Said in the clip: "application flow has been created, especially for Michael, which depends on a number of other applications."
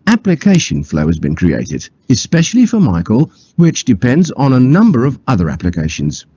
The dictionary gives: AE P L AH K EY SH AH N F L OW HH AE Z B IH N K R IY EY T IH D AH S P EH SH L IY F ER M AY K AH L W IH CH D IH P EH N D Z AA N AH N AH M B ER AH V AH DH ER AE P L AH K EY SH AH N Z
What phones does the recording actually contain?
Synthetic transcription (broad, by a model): AE P L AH K EY SH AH N F L OW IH Z B IH N K R IY EY T IH D AH S P EH SH L IY F ER M AY K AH L W IH CH D IH P EH N D Z N AH N AH M B ER AH V AH DH ER AE P L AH K EY SH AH N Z